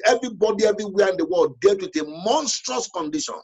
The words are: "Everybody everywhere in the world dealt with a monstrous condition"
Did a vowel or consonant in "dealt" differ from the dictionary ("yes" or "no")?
yes